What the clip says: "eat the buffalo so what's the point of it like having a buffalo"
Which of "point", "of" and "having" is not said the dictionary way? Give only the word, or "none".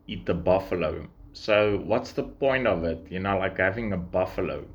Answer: none